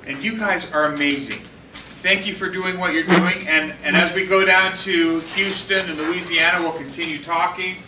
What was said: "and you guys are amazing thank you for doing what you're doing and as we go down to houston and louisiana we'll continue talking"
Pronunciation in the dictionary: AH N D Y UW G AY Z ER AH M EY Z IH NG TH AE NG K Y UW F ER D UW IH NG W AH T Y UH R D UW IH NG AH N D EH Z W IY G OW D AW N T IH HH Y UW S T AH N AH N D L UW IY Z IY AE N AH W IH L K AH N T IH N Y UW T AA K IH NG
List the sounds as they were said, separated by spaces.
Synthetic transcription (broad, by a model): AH N Y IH G AY Z ER AH M EY Z IH NG TH AE NG K Y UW F ER D UW IH NG W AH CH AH R D UW IH NG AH N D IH Z W IY G OW D AW N T IH HH Y UW S T AH N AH N L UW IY Z IY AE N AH W IH L K AH N T IH N Y UW T AA K IH NG